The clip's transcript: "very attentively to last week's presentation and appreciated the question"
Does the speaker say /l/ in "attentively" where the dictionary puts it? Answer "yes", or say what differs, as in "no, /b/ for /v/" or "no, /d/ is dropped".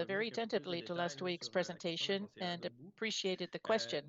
yes